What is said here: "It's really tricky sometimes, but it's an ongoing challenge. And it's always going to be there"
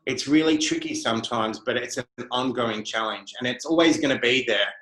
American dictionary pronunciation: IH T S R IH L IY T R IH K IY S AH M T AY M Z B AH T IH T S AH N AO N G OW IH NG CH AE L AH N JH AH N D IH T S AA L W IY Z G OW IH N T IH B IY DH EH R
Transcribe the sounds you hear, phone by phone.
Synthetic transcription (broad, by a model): IH T S R IH L IY T R IH K IY S AH M T AY M Z B AH T IH T S AH N AO N G OW IH NG CH AE L AH N JH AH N IH T S AA L W IY Z G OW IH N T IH B IY DH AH R